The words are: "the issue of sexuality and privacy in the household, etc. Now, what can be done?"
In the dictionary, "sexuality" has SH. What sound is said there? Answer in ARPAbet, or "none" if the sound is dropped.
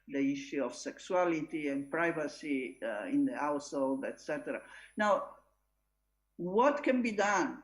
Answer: S